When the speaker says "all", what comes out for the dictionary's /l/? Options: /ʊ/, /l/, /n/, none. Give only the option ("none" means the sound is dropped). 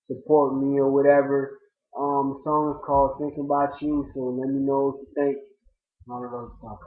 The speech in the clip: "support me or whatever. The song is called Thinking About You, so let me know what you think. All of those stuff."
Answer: /n/